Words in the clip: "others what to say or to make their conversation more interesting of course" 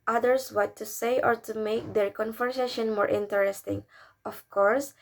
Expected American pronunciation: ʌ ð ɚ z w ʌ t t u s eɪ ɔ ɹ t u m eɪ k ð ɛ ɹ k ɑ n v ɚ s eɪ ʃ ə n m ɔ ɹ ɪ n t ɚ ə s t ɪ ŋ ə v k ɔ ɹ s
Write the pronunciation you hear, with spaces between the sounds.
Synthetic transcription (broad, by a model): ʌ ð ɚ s w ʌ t t u s eɪ ɔ ɹ t u m eɪ k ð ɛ ɹ k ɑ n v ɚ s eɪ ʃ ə n m ɔ ɹ ɪ n t ɚ ə s t ɪ ŋ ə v k ɔ ɹ s